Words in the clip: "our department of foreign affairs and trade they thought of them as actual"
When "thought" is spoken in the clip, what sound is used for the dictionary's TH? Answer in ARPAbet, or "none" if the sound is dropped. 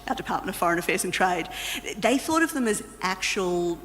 TH